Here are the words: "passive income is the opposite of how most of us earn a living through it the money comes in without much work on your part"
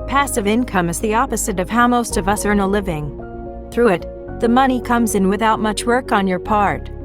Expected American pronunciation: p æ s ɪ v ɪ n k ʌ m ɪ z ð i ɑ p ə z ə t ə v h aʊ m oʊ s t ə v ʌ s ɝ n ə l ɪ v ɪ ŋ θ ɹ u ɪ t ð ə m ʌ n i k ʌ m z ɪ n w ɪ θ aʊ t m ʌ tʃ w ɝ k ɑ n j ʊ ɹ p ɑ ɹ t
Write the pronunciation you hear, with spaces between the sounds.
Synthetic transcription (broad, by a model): p æ s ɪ v ɪ n k ʌ m ɪ z ð i ɑ p ə z ə t ə v h aʊ m oʊ s t ə v ʌ s ɝ n ə l ɪ v ɪ ŋ θ ɹ u ɪ t ð ə m ʌ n i k ʌ m z ɪ n w ɪ θ aʊ t m ʌ tʃ w ɝ k n j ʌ ɹ p ɑ ɹ t